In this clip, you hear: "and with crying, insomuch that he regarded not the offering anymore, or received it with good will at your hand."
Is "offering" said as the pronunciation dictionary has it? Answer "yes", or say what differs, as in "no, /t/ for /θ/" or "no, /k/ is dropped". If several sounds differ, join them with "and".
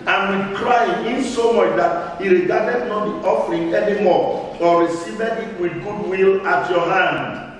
yes